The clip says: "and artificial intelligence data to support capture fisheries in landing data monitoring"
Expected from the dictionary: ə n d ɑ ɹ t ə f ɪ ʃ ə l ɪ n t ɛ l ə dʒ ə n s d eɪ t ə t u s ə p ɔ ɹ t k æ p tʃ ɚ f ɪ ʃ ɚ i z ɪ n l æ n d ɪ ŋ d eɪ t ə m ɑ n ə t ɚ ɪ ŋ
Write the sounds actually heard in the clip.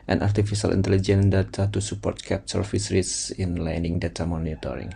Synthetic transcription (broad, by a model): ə n ɑ ɹ t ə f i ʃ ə l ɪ n t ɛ l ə dʒ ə n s d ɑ t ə t u s ə p ɔ ɹ t k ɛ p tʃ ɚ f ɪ s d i s ɪ n l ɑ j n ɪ ŋ d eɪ t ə m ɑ n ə t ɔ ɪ ŋ